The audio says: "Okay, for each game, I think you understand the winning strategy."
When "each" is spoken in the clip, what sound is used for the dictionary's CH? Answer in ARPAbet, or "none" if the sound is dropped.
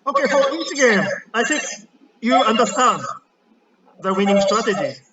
S